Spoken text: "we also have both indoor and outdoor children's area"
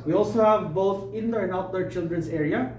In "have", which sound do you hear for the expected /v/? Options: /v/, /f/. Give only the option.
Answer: /v/